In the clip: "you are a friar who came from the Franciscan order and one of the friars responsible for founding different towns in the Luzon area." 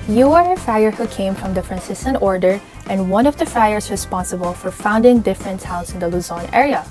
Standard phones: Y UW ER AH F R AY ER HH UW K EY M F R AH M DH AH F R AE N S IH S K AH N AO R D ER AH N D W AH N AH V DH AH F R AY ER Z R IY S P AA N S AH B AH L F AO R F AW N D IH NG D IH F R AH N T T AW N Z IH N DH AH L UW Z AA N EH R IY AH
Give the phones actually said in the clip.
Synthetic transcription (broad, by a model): Y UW ER AH F AY ER HH UW K EY M F R AH M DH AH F R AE N S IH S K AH N AO R D ER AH N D W AH N AH V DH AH F AY ER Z R IY S P AA N S AH B AH L F AO R F AW N D IH NG D IH F R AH N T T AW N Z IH N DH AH L UW Z AA N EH R IY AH